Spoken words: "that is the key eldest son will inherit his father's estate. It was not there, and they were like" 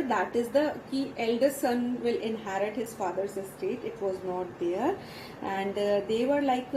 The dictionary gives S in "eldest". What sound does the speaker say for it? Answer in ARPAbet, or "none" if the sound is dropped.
none